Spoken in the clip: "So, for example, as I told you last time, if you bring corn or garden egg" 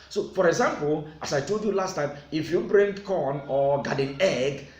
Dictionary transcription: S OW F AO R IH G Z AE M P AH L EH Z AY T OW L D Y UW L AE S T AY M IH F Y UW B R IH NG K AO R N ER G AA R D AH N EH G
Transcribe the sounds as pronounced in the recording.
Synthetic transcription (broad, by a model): S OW F AO R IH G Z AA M P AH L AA S AY T OW L D Y UW L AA S T AY M IH F Y UW B R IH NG K AO N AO G AA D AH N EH G